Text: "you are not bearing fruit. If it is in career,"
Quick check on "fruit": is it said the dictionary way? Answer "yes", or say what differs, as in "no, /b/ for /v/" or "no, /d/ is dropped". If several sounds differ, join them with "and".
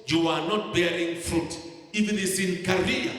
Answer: yes